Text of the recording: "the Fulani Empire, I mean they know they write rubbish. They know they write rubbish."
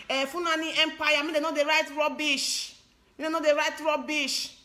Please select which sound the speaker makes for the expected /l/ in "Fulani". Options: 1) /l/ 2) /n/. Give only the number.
2